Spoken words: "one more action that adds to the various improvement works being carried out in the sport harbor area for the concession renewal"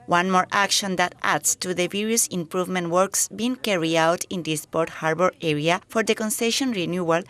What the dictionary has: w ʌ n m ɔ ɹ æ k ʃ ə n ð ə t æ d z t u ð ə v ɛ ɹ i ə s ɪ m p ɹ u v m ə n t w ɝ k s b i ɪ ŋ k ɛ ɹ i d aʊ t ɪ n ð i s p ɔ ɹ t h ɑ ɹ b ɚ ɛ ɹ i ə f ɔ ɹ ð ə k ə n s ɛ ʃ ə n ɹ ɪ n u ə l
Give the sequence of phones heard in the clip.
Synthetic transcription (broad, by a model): w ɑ n m ɔ ɹ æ k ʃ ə n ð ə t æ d s t u ð ə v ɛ ɹ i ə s ɪ m p ɹ u v m ə n t w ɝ k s b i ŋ k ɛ ɹ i aʊ t ɪ n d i s p ɔ ɹ t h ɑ ɹ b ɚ ɛ ɹ i ə f ɔ ɹ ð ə k ə n s ɛ ʃ ə n ɹ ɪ n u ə l